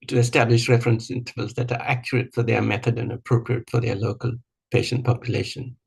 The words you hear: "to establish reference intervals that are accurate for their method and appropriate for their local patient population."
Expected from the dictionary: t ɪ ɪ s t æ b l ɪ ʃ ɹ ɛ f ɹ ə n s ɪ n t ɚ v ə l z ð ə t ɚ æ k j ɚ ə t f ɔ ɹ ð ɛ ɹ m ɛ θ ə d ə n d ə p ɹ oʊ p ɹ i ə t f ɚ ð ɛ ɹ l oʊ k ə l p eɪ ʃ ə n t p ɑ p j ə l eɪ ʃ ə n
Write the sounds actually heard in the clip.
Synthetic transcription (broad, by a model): t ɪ ɪ s t æ b l ɪ ʃ ɹ ɛ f ɹ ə n s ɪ n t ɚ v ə l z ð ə t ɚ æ k j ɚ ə t f ɔ ɹ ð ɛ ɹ m ɛ θ ə d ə n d ə p ɹ oʊ p ɹ i ə t f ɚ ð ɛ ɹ l oʊ k ə l p eɪ ʃ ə n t p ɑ p j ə l eɪ ʃ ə n